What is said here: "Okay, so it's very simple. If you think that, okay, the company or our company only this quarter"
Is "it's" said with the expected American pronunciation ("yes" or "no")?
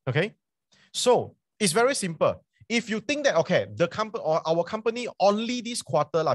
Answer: yes